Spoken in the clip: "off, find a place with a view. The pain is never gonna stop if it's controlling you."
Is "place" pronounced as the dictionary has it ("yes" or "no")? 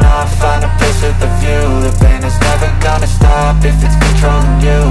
no